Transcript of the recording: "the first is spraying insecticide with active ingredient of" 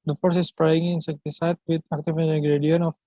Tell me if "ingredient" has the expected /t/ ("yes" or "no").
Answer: no